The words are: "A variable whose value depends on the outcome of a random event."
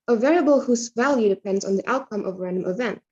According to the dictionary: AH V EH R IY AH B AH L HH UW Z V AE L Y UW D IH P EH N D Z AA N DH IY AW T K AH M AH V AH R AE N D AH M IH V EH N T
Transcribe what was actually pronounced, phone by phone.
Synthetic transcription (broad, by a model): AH V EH R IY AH B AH L HH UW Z V AE L Y UW D IH P EH N D Z N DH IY AW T K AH M AH V R AE N D AH M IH V EH N T